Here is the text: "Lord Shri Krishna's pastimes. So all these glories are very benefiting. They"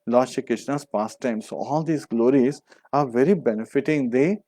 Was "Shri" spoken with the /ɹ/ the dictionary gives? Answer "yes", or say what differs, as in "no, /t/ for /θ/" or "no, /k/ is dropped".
no, /ɹ/ is dropped